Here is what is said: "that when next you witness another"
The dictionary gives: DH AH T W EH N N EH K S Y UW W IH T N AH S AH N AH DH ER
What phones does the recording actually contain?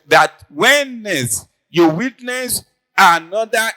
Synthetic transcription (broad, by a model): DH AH T W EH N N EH S Y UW W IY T N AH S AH N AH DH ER